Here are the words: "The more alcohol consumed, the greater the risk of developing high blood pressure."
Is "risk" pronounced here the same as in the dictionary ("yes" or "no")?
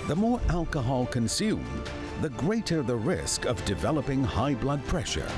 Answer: yes